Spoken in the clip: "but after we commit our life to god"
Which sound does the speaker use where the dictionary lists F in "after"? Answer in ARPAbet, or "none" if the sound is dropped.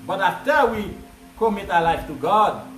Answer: none